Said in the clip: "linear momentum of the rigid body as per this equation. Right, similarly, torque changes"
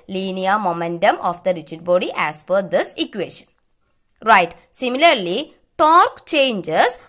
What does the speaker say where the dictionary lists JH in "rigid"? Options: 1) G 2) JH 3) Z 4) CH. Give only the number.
4